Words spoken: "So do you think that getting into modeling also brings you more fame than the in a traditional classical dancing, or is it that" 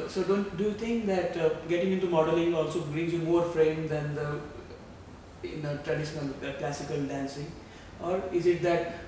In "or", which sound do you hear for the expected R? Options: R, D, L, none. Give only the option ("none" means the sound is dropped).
R